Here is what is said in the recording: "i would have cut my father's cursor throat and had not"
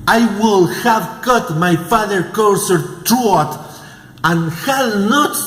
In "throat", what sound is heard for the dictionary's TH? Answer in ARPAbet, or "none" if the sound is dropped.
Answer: T